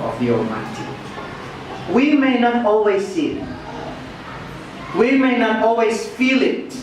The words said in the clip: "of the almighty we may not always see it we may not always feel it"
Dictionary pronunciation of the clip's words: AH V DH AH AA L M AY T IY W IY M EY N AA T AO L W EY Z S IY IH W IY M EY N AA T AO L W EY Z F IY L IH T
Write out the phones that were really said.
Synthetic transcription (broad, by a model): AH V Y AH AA M AY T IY W IY M EY N AA T AO L W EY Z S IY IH W IY M EY N AA T AO L W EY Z F IY L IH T